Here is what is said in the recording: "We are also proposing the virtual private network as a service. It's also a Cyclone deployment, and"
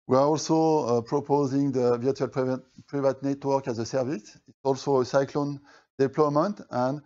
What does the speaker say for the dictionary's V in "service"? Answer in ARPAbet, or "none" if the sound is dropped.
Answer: V